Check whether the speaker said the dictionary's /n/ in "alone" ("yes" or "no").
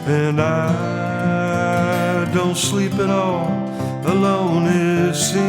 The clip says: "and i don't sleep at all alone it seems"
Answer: yes